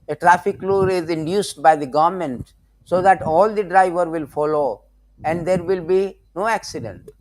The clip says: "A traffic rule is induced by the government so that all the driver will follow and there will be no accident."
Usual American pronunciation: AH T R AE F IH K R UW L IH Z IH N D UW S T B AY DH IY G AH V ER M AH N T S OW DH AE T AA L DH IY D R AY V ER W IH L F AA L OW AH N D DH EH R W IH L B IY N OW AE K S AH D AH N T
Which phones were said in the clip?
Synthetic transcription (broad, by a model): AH T R AE F IH K L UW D IH Z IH N D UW S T B AY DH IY G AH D M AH N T S OW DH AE T AA L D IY D R AY V ER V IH L F AA L OW AH N D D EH R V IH L B IY N OW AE K S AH D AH N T